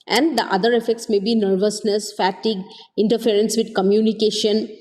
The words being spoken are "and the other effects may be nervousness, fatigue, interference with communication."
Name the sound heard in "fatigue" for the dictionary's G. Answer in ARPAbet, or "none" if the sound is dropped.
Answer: G